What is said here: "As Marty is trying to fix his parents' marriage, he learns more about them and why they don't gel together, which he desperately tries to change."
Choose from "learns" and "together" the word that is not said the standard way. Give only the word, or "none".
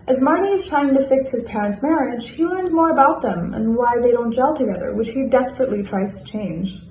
none